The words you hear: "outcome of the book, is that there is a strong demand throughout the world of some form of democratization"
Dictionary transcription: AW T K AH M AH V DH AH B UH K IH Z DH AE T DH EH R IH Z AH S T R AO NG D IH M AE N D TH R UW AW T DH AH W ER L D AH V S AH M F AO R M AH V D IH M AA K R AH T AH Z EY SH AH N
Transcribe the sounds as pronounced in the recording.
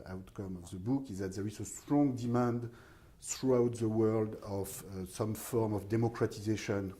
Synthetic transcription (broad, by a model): AW T K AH M AH V DH AH B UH K IH Z DH AE T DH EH R IH Z AH S T R AO NG D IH M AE N D TH R UW AW T DH AH W ER L D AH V S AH M F AO R M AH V D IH M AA K R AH T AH Z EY SH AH N